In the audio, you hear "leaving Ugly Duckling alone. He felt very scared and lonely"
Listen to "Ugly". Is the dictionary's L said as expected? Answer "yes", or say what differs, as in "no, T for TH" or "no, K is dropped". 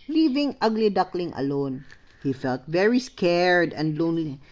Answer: yes